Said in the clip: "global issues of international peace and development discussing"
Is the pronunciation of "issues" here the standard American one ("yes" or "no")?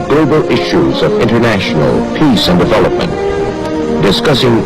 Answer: yes